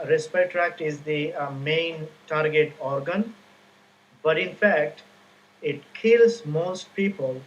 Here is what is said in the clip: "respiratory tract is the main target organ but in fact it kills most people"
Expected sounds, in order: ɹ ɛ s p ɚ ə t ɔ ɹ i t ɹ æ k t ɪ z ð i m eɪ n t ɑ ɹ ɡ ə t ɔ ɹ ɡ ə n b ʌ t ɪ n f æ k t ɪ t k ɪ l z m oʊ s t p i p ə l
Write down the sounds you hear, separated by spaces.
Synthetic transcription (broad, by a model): ɹ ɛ s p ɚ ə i t ɹ æ k t ɪ z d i m eɪ n t ɑ ɹ ɡ ə t ɔ ɹ ɡ ə n b ʌ t ɪ n f æ k t ɪ t k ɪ l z m oʊ s t p i p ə l